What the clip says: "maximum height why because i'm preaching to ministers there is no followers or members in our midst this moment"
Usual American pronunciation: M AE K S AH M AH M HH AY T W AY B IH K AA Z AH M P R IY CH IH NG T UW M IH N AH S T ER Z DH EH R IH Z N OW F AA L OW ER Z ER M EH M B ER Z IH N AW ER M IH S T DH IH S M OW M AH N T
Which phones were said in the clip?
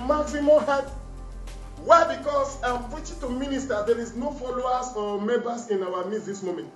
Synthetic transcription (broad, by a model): M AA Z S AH M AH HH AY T W AY B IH K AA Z AH M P IY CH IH T UW M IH N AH S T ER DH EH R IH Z N OW F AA L OW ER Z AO M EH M B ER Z IH N AW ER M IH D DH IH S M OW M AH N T